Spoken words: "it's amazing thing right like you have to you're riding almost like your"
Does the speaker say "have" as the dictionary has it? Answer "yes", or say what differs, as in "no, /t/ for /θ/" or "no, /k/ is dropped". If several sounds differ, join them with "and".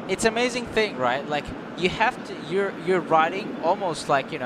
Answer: no, /f/ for /v/